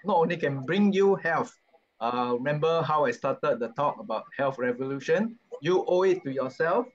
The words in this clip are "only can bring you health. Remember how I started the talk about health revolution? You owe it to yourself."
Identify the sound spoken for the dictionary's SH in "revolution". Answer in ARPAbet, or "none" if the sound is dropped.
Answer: SH